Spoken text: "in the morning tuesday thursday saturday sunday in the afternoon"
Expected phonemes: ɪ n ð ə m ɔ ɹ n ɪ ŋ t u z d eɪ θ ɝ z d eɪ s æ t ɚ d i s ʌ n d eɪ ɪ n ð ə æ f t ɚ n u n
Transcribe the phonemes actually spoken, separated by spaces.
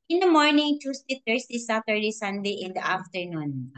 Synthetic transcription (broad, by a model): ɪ n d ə m ɔ ɹ n ɪ ŋ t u s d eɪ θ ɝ s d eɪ s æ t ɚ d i s ʌ n d eɪ ɪ n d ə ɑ f t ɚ n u n